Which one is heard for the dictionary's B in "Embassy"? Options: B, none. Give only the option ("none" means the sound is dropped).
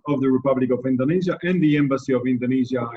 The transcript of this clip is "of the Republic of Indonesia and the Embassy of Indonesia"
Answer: B